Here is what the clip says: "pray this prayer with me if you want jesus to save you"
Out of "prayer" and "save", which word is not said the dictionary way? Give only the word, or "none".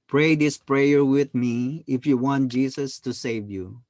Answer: none